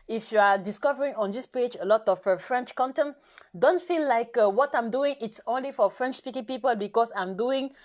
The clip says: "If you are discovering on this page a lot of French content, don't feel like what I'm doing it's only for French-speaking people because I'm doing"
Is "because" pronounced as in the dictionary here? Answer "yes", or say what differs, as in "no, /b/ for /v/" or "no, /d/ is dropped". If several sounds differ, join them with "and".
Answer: no, /s/ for /z/